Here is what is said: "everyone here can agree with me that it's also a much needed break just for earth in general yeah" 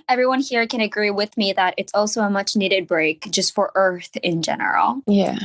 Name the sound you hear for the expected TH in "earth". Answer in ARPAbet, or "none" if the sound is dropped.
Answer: TH